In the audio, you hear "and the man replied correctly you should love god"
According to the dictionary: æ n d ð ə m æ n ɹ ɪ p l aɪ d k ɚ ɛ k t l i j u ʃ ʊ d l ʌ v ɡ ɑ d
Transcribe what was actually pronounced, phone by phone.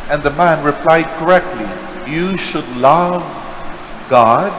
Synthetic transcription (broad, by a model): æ n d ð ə m æ n ɹ ɪ p l aɪ d k ɚ ɛ k t l i j u ʃ ʊ d l ʌ v ɡ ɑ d